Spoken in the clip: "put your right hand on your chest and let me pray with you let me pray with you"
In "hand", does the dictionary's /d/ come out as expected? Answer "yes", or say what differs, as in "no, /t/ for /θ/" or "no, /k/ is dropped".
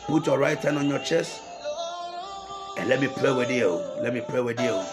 no, /d/ is dropped